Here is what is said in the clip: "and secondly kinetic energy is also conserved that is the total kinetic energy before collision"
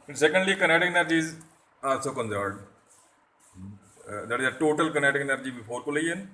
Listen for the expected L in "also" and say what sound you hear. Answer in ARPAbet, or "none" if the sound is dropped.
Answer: none